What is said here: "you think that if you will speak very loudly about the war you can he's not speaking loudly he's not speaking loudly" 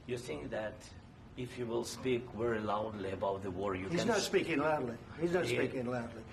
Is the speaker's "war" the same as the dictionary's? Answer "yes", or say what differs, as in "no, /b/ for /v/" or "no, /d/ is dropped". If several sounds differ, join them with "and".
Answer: yes